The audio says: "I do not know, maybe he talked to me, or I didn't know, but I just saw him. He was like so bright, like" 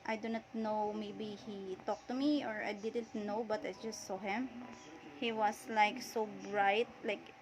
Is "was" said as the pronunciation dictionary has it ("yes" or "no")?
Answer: no